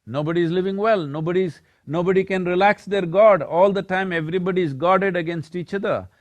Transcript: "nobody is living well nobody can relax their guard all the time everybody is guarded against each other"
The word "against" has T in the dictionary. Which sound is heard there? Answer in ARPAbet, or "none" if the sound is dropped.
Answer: T